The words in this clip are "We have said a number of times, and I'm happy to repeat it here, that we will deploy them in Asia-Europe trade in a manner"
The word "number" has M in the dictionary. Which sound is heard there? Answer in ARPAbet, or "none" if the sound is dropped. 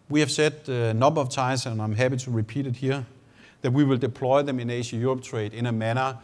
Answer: none